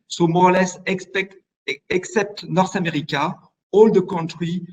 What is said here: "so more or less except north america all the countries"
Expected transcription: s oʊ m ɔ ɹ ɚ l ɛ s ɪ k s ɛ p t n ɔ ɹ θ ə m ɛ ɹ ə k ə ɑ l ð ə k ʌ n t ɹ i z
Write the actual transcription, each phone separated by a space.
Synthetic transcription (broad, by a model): s oʊ m ɔ l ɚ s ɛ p ɪ k s ɛ p t n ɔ ɹ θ ə m ɛ ɹ ə k ə ɑ l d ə k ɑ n t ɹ i